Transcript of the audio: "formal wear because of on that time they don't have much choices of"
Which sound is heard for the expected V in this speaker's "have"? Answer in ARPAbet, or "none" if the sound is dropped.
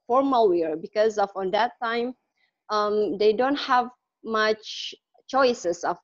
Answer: V